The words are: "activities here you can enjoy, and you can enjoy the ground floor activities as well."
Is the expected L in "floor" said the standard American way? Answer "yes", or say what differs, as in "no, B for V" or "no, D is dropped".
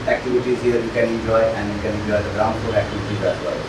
no, L is dropped